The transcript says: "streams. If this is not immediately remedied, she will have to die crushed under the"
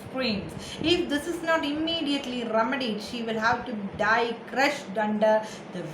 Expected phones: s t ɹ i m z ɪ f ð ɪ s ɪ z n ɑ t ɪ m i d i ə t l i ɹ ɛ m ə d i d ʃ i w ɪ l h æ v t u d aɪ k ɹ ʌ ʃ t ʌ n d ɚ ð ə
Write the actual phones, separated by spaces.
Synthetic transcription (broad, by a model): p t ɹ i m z ɪ f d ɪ s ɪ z n ɑ t ɪ m i d i ə t l i ɹ ɛ m ə d i d ʃ i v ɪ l h æ v t u d aɪ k ɹ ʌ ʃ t ʌ n d ɚ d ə